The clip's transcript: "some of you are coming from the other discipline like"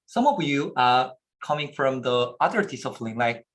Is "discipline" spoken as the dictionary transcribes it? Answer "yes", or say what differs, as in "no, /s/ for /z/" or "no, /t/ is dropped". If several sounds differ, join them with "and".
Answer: no, /f/ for /p/